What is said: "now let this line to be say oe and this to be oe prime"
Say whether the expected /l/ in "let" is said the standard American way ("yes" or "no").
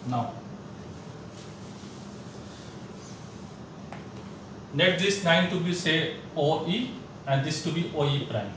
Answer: no